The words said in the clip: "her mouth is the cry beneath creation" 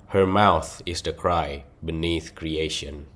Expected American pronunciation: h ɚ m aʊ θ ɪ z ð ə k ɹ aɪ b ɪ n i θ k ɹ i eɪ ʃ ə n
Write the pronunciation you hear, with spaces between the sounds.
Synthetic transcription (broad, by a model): h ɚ m aʊ θ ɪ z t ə k ɹ aɪ b ɪ n i θ k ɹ i eɪ ʃ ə n